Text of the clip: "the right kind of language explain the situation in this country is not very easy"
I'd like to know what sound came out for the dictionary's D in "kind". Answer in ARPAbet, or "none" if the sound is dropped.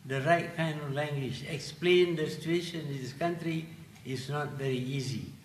none